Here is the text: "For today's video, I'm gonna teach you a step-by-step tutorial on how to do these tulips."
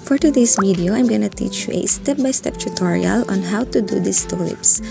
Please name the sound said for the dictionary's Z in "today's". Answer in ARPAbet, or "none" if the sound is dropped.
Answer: S